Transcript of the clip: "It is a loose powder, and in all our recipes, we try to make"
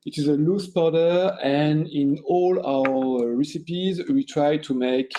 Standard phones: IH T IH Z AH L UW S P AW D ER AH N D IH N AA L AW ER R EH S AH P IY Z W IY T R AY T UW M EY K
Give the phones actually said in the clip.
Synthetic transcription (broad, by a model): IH T IH Z AH L UW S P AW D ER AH N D IH N AA L AW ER R EH S AH P IY Z W IY T R AY T UW M EY K